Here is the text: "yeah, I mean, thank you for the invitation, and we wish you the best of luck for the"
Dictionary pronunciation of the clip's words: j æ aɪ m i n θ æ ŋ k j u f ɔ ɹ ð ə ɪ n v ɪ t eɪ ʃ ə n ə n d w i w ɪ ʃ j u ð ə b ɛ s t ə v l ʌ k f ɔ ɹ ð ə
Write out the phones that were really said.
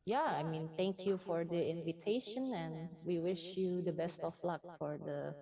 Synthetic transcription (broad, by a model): j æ aɪ m i n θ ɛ ŋ k j u f ɔ ɹ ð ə ɪ n v ɪ t eɪ ʃ ə n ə n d w i w ɪ ʃ j u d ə b ɛ s t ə f l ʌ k f ɔ ɹ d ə